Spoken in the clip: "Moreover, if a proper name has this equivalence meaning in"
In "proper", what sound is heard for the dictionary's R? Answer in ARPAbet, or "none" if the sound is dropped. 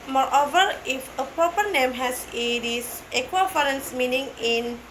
none